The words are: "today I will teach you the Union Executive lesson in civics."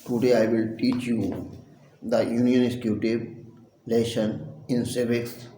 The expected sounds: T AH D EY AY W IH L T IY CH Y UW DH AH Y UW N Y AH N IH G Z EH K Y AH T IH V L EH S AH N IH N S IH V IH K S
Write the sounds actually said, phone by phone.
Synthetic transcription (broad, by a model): T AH D EY AY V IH L T IY CH Y UW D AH Y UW N Y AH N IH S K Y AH T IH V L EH SH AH N IH N S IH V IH K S